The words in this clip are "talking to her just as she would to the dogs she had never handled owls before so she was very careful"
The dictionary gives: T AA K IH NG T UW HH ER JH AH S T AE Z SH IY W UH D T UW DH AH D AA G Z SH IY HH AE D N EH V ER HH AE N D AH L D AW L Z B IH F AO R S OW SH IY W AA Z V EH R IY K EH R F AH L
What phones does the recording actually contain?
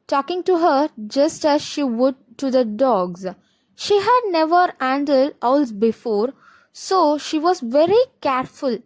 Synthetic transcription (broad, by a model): T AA K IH NG T UW HH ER JH AH S T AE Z SH IY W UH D T UW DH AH D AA G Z SH IY HH AE D N EH V ER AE N D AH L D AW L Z B IH F AO R S OW SH IY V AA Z V EH R IY K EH R F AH L